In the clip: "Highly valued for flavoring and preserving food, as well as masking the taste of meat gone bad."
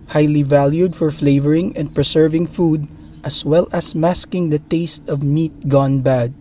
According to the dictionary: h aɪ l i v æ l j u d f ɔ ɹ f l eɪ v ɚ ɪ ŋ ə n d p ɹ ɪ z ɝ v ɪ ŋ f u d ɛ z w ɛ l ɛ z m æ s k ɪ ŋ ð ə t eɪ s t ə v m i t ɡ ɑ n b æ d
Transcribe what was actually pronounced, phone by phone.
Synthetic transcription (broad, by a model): h aɪ l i v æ l j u d f ɔ ɹ f l eɪ v ɚ ɪ ŋ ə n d p ɹ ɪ s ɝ v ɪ ŋ f u d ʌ s w ɛ l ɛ s m æ s k ɪ ŋ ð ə t eɪ s t ə v m i t ɡ ɑ n b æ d